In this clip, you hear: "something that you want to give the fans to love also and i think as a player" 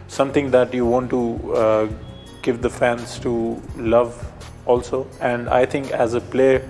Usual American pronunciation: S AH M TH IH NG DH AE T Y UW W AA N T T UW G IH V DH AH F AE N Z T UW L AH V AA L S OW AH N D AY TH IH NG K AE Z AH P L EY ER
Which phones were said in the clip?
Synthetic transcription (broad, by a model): S AH M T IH NG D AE T Y UW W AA N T T UW G IH V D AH F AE N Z T UW L AH V AA L S OW AH N D AY T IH NG K AE Z AH P L EY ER